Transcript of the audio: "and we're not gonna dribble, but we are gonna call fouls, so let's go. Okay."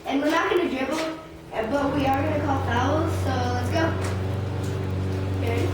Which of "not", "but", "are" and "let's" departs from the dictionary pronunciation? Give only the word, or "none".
none